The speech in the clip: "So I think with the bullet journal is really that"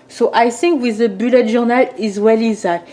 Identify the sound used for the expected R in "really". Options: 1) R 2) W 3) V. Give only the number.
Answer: 2